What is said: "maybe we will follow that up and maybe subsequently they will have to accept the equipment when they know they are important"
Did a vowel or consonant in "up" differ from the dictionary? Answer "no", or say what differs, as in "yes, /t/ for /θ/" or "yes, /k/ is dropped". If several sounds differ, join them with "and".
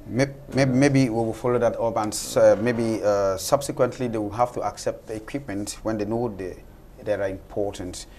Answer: yes, /b/ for /p/